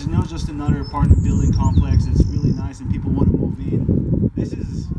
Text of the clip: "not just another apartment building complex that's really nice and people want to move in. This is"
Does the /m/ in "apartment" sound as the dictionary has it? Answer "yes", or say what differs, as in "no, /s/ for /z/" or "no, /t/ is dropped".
no, /m/ is dropped